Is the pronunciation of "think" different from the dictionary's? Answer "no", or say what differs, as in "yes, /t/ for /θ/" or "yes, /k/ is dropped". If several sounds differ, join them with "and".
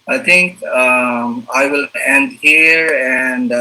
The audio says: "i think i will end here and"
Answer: yes, /t/ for /θ/